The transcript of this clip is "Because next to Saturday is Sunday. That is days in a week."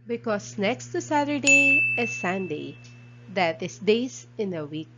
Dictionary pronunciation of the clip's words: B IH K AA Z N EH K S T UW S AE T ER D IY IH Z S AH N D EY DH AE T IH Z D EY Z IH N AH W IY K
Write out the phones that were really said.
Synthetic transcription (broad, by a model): B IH K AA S N EH K S T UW S AE T ER D IY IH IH S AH N D EY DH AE T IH S D EY S IH N AH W IY K